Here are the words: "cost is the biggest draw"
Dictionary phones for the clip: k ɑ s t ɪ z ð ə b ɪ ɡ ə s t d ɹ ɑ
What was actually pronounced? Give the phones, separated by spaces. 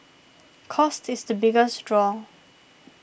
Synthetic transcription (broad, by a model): k ɑ s t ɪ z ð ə b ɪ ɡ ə s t d ɹ ɑ